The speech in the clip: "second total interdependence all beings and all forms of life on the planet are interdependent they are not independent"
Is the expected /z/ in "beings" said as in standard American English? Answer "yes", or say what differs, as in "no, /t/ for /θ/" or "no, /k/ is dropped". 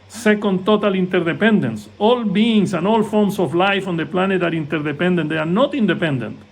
no, /s/ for /z/